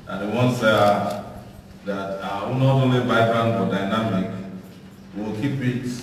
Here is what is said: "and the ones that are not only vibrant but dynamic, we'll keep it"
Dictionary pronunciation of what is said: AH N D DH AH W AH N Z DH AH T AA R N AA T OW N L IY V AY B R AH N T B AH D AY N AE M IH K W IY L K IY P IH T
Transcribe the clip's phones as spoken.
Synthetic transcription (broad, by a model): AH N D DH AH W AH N S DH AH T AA W N AA T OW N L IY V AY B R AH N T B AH D AY N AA M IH K W IY L K IY P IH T